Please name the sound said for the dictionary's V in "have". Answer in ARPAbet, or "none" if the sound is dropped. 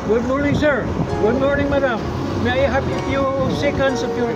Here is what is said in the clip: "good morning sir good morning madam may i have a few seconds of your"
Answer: P